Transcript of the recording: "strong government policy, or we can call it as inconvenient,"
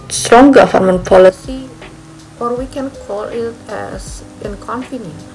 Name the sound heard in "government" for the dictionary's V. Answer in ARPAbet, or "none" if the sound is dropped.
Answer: F